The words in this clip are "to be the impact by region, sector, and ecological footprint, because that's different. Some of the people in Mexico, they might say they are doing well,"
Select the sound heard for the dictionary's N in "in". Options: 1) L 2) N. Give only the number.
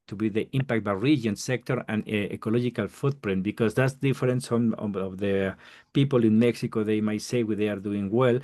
2